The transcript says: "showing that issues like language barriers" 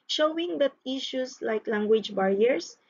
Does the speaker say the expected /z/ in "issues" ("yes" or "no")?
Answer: no